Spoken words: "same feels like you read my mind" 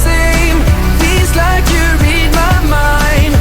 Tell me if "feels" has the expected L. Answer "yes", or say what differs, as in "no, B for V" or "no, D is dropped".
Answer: no, L is dropped